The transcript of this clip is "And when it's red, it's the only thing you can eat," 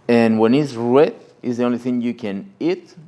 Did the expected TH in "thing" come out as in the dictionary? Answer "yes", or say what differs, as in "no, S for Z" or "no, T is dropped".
yes